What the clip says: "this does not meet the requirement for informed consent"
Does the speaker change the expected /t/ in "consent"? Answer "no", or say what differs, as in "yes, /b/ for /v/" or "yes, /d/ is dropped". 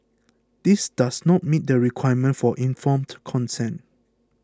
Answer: yes, /t/ is dropped